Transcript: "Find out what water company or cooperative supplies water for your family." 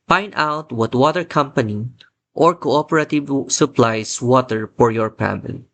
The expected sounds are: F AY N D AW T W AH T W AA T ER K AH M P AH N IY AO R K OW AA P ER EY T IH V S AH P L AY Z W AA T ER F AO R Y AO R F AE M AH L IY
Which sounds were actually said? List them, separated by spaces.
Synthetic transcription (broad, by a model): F AY N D AW T W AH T W AA T ER K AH M P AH N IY AO R K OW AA P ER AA T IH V S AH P L AY S W AA T ER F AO R Y AO R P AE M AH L